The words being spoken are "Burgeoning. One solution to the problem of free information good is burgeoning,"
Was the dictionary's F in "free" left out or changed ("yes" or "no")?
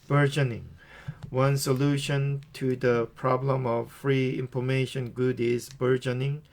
no